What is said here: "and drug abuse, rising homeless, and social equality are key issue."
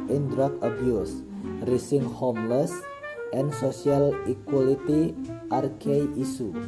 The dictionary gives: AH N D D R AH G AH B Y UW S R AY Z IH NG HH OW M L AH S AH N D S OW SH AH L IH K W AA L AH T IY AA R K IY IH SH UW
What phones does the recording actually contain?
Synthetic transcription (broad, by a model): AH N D D R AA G AH B Y UW S R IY S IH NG HH OW M L AH S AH N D S OW S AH L IH K W AA L AH T IY AA R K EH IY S UW